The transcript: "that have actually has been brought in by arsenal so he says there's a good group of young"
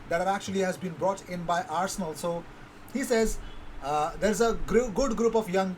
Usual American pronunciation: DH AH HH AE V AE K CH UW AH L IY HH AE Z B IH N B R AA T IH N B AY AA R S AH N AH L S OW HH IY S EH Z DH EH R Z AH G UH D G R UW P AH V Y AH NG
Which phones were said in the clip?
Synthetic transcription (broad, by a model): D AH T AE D AE K CH UW AH L IY HH AE Z B IH N B R AA T IH N B AY AA R S AH N AH L S OW HH IY S EH Z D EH R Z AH G UH D G R UW P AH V Y AH NG